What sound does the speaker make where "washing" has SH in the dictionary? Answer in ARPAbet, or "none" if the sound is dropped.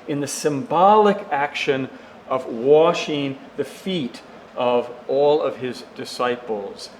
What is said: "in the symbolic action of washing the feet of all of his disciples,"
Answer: SH